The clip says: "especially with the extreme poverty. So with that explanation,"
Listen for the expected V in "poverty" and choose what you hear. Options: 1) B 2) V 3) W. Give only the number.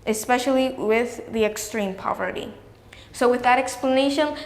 2